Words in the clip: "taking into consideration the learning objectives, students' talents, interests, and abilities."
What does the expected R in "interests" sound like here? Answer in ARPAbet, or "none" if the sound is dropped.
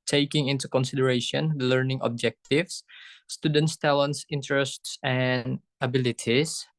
R